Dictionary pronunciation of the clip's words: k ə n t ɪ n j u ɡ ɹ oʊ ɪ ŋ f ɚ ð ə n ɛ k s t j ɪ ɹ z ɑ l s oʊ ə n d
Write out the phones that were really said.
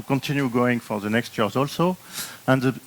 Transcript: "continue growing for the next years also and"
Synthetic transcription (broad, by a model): k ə n t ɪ n j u ɡ oʊ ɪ ŋ f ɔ ð ə n ɛ k s t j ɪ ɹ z ɑ l s oʊ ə n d